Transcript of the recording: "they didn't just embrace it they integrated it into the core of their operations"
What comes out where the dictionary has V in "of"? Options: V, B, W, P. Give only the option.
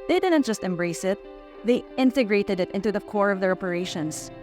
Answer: V